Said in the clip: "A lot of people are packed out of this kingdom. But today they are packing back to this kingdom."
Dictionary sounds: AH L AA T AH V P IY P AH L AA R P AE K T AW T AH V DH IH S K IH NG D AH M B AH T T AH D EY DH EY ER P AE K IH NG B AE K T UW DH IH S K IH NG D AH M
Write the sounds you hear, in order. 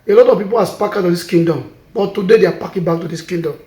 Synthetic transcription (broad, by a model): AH L AA T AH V P IY P AH L AA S P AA K AW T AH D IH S K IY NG D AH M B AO T T AH D EY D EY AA P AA K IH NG B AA K T UW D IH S K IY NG D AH M